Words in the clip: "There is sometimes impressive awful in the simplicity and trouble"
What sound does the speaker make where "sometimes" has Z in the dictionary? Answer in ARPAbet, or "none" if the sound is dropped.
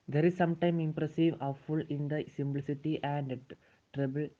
none